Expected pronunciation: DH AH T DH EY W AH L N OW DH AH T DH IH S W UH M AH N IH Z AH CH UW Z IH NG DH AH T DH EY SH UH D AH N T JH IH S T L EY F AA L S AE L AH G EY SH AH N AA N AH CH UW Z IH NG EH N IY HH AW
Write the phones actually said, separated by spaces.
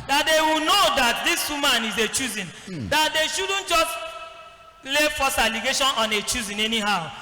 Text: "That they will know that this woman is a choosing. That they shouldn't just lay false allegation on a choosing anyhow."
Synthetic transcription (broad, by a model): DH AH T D EY W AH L N OW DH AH T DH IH S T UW M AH N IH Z AH CH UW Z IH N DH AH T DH EY SH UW D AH N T JH IH S T L EY F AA S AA L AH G EY SH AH N AA N AH CH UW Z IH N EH N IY HH AW